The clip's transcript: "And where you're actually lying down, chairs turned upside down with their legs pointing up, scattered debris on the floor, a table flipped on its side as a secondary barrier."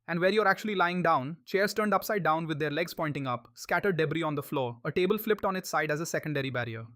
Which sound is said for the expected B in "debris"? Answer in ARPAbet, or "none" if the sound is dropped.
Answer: B